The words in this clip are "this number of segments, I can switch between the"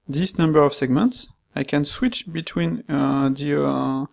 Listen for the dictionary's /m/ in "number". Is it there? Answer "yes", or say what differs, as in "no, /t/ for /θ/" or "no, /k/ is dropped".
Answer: yes